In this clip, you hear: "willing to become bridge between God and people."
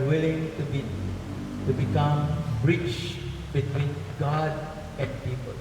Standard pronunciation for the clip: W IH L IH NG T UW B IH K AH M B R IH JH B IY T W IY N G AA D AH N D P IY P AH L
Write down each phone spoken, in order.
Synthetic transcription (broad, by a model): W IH L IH NG T UW B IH K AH M R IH CH B IY T W IY N G AA D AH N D P IY P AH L